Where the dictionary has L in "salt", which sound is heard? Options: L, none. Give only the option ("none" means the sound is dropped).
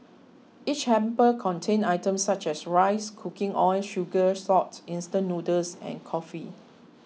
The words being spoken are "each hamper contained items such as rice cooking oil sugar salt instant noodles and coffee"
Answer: none